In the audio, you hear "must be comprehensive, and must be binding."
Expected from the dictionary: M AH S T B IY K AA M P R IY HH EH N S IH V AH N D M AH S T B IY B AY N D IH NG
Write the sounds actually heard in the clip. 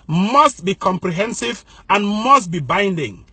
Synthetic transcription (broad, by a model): M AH S T B IY K AA M P R IY HH EH N S IH V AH N M AH S T B IY B AY N D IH NG